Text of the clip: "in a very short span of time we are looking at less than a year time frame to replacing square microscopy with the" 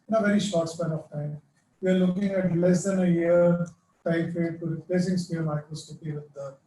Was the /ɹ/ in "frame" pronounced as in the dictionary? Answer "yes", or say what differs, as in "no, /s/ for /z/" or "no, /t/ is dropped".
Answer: no, /ɹ/ is dropped